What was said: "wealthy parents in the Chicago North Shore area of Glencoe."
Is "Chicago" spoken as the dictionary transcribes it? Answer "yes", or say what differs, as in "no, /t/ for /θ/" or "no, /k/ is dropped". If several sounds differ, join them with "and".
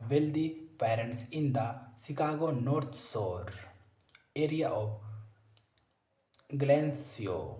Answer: no, /s/ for /ʃ/